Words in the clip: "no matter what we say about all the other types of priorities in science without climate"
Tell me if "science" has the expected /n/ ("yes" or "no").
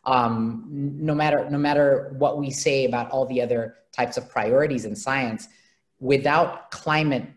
yes